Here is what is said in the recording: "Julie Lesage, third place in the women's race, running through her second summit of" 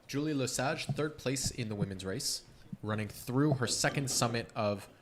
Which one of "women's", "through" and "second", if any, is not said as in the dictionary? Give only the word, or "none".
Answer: none